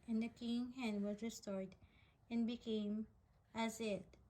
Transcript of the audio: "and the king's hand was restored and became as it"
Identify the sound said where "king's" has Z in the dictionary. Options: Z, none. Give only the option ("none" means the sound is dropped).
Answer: none